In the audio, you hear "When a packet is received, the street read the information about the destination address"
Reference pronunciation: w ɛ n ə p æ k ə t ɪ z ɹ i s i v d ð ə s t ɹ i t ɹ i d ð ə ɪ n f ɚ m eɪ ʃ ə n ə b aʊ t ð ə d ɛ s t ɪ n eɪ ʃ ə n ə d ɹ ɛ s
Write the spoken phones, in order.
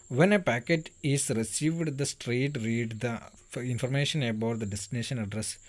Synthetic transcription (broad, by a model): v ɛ n ə p æ k ə t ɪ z ɹ i s i v d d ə s t ɹ i t ɹ i d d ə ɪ n f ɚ m eɪ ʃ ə n ə b aʊ t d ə d ɛ s t ɪ n eɪ ʃ ə n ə d ɹ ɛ s